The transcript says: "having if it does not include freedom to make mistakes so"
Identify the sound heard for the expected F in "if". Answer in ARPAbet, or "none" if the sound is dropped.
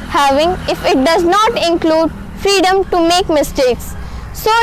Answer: F